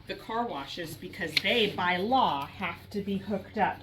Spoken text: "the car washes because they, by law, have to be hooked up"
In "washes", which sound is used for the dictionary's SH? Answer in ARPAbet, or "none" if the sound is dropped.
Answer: SH